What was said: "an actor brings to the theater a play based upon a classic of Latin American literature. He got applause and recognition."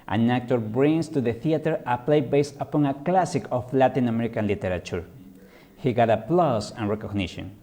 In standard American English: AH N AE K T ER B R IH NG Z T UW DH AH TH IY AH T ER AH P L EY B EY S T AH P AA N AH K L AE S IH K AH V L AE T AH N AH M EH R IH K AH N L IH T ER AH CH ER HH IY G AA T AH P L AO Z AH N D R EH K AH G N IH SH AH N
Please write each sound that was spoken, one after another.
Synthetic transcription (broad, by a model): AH N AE K T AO B R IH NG S T UW DH AH TH IY AH T ER AH P L EY B EY S T AH P AA N AH K L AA S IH K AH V L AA T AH N AH M EH R IH K AH N L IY T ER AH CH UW HH IY G AA T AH P L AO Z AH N R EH K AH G N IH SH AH N